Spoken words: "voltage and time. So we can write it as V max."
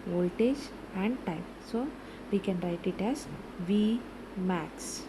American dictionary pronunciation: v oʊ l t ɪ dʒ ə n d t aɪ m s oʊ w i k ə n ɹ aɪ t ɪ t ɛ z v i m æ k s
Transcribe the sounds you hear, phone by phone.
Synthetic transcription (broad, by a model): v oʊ l t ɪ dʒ ə n d t aɪ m s oʊ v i k ə n ɹ aɪ t ɪ t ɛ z v i m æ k s